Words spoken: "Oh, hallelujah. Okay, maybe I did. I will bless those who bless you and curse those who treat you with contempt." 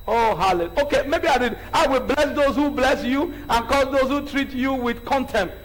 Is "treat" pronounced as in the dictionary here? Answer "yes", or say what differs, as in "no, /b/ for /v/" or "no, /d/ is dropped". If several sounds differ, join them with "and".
yes